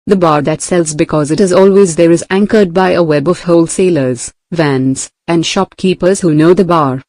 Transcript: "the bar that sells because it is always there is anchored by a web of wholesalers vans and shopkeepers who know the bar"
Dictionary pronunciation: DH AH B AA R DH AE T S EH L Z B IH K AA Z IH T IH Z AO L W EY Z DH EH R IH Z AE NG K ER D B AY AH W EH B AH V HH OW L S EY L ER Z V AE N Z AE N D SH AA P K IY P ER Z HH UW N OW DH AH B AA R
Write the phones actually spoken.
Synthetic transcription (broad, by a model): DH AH B AA R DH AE T S EH L Z B IH K AA Z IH T IH Z AO L W EY Z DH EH R IH Z AE NG K ER D B AY AH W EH B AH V HH OW L S EY L ER Z V AE N Z AE N D SH AA P K IY P ER Z HH UW N OW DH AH B AA R